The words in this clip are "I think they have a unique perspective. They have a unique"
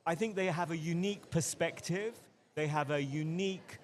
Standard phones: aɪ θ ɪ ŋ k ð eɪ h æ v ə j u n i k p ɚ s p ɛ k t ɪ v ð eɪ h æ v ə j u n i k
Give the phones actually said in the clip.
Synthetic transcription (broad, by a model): aɪ θ ɪ ŋ k ð eɪ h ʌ v ə j u n i k p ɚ s p ɛ k t ɪ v ð eɪ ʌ v ə j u n i k